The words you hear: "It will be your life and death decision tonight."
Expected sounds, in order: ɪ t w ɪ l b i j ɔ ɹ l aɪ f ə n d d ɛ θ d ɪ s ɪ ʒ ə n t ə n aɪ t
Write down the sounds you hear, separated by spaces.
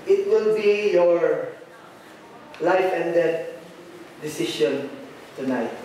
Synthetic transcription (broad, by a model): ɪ t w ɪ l b i j ɔ ɹ l aɪ f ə n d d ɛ t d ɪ s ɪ ʃ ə n t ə n aɪ t